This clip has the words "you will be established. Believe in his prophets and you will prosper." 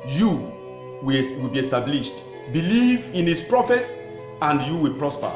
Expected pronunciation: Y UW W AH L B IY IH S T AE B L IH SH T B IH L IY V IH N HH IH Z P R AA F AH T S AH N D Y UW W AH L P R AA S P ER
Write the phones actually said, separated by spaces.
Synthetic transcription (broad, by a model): Y UW W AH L B IY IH S T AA B L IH SH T B IH L IY V IH N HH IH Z P R AA F AH T S AH N D Y UW W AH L P R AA S P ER